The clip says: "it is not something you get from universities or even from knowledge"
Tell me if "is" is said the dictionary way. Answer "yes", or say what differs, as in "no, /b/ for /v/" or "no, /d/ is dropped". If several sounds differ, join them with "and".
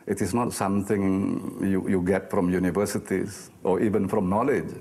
no, /s/ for /z/